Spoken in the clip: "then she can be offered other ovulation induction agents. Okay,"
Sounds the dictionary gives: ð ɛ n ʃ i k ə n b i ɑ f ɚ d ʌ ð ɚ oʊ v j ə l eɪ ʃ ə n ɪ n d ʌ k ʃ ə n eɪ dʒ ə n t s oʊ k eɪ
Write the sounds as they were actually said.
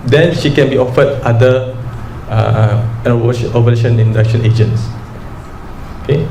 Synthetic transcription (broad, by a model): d ɛ n ʃ i k ə n b i ɑ f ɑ d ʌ ɚ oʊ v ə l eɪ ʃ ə n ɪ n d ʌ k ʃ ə n eɪ dʒ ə n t s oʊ k eɪ